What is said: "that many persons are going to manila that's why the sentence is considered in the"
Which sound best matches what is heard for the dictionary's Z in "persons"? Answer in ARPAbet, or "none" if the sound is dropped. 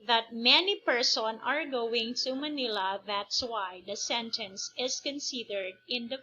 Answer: none